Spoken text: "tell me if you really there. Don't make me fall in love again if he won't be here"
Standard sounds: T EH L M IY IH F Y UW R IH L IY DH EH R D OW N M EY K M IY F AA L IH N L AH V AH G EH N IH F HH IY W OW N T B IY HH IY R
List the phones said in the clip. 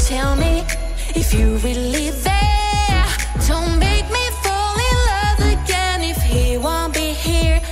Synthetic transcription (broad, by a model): T EH L M IY IH F Y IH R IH L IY DH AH R D OW N M EY K M IY F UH L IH L AH V AH G EH N IH F HH IY W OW N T B IY HH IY R